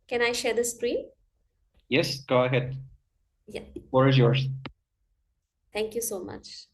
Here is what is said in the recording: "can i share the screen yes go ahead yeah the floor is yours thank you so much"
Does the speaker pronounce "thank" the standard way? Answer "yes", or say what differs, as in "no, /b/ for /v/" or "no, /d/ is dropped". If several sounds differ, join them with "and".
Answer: no, /t/ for /θ/